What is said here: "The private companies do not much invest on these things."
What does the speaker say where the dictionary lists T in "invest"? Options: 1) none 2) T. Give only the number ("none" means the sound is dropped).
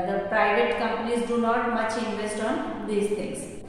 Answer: 2